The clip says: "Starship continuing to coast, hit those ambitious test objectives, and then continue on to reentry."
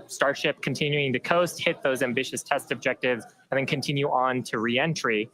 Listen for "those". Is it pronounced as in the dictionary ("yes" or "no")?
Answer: yes